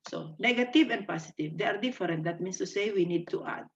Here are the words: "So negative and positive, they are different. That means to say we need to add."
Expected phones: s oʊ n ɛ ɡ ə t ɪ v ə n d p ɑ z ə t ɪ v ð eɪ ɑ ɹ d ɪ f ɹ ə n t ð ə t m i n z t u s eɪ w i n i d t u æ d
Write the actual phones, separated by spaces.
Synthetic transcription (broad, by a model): s oʊ n ɛ ɡ ə t ɪ v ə n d p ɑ s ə t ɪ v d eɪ ɑ ɹ d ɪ f ɹ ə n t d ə t m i n s t u s eɪ w i n i d t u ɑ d